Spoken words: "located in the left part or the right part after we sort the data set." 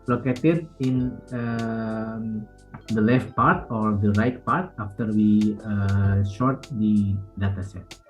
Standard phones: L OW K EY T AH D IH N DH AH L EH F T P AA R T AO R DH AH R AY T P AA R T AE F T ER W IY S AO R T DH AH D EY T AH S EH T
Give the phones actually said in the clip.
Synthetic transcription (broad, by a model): L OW K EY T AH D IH N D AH L EH F T P AA R T AO R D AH R AY T P AA R T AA F T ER W IY SH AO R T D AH D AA T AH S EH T